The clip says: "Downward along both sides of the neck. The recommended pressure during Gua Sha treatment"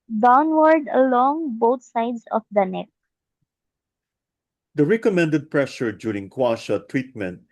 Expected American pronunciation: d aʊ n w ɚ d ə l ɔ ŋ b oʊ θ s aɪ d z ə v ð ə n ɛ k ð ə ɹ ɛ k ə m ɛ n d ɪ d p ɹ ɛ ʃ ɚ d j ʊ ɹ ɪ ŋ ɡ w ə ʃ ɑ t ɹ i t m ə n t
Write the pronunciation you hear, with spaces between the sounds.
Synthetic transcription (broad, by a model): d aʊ n w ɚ d ə l ɔ ŋ b oʊ t s aɪ d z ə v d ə n ɛ k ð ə ɹ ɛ k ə m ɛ n d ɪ d p ɹ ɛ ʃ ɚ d j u ɹ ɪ ŋ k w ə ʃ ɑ t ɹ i t m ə n t